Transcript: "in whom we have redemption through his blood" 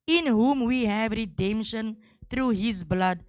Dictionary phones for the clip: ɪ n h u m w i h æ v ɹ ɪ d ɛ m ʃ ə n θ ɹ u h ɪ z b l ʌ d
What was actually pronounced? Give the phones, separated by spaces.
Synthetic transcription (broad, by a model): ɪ n h u m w i h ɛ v ɹ ɪ d ɛ m ʃ ə n t ɹ u h ɪ z b l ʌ d